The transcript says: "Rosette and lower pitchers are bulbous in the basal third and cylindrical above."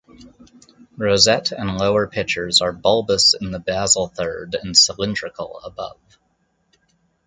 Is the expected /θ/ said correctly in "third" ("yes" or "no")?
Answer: yes